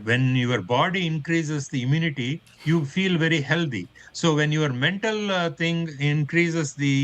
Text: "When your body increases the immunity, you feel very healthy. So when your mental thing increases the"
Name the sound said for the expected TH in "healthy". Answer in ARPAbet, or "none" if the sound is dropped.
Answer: T